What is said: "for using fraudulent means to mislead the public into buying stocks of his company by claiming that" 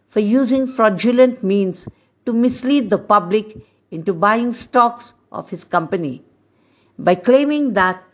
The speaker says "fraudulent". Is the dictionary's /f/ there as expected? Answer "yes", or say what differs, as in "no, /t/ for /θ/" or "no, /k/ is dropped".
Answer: yes